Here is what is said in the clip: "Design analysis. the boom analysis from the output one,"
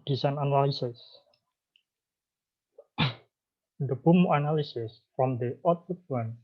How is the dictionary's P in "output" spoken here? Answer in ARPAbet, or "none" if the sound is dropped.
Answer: none